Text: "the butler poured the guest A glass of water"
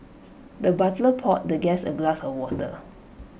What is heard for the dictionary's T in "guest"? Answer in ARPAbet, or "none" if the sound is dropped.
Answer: none